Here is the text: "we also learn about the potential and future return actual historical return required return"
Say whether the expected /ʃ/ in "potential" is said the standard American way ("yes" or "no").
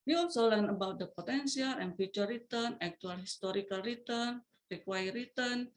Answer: no